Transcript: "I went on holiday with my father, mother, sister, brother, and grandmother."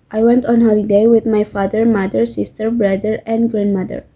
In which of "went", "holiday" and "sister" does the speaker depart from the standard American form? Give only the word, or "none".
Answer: none